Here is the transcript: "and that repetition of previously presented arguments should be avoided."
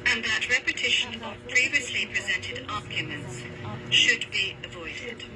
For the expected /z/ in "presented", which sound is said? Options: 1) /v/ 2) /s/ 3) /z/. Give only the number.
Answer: 3